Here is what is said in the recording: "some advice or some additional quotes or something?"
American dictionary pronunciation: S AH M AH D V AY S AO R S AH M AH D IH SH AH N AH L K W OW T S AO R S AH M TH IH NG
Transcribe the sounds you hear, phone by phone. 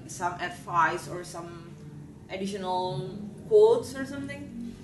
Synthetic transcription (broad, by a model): S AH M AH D F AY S AO R S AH M AH D IH SH AH N AH L K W OW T S AO R S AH M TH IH NG